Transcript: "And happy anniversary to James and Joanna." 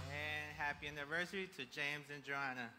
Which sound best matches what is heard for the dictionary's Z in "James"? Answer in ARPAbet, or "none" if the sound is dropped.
Z